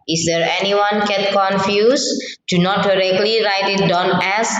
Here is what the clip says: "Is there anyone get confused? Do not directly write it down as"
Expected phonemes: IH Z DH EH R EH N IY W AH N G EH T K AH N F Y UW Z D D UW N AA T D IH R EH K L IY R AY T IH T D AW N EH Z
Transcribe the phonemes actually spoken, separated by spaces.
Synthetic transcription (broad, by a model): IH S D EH R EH N IY W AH N G EH T K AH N F Y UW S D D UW N AA T D IH R EH K L IY R AY T IH T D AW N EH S